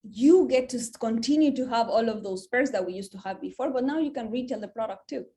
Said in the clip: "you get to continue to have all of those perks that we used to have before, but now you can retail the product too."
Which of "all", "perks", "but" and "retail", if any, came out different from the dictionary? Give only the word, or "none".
perks